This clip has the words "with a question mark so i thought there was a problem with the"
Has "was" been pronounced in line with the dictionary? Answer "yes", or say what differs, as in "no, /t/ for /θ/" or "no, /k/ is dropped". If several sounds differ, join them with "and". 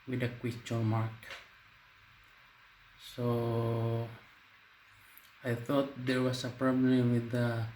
no, /s/ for /z/